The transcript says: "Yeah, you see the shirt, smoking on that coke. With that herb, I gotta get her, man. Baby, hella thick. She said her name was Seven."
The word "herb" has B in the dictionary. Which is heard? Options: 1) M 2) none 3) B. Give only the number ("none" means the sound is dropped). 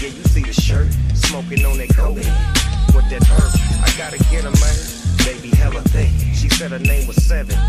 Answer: 2